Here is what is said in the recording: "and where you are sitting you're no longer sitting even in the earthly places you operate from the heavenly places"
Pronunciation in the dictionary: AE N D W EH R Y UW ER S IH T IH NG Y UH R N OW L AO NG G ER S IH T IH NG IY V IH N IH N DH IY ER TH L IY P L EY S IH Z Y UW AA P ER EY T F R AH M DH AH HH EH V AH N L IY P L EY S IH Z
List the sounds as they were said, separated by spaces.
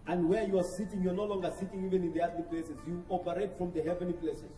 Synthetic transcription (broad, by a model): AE N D W EH R Y UW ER S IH T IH NG Y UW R N OW L AO NG G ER S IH T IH NG IY V IH N IH N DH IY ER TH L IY P L EY S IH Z Y UW AA P ER EY T F R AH M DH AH HH EH V AH N L IY P L EY S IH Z